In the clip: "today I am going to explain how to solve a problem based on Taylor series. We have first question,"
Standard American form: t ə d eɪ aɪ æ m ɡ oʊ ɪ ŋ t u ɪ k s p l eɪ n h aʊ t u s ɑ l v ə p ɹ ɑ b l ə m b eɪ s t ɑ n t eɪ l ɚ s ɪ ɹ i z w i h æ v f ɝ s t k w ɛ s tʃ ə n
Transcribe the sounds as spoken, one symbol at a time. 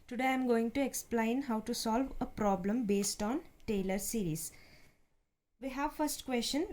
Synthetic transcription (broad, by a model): t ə d eɪ aɪ m ɡ oʊ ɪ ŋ t u ɪ k s p l eɪ n h aʊ t u s ɑ l v ə p ɹ ɑ b l ə m b eɪ s t ɑ n t eɪ l ɚ s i ɹ i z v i h æ v f ɝ s t k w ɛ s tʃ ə n